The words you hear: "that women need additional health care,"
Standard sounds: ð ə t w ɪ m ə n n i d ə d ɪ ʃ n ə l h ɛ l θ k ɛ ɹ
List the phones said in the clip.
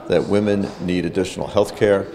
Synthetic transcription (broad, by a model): ð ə t w ɪ m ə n n i d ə d ɪ ʃ n l h ɛ l θ k ɛ ɹ